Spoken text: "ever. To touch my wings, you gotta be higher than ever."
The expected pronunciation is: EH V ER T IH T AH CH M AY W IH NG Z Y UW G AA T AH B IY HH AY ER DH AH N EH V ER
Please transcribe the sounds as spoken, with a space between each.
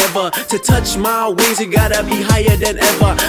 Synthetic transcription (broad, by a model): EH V ER T IH T AH CH M AY W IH Z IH G AA T AH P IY HH AY ER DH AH N EH V ER